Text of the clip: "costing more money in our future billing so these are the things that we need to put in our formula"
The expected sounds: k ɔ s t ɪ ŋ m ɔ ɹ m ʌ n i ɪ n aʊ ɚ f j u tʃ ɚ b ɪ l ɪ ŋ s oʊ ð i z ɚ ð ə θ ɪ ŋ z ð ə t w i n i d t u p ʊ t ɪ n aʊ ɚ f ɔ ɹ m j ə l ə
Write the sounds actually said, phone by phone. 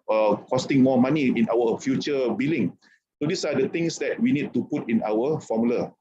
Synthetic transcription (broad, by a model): k ɔ s t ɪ ŋ m ɔ m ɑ n i ɪ n aʊ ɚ f j u tʃ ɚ b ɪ l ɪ ŋ s oʊ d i s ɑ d ə t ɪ ŋ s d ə t w i n i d t u p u t ɪ n aʊ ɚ f ɔ m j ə l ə